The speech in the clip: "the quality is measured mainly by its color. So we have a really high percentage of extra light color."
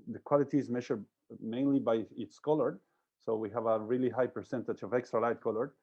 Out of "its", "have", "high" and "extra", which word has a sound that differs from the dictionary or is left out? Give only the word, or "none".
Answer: none